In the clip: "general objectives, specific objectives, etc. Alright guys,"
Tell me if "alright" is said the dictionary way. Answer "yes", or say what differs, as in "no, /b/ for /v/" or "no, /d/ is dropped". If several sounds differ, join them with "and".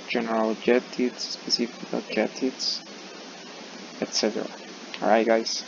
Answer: no, /l/ is dropped